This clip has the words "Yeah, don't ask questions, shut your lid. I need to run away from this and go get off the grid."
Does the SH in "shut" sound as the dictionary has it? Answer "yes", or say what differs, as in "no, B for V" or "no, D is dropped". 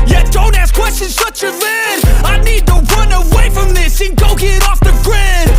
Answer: no, S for SH